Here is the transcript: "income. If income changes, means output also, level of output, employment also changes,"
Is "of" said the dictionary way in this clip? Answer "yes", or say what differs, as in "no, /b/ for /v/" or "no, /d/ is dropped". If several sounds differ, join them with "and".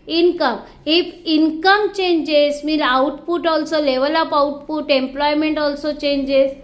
no, /p/ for /v/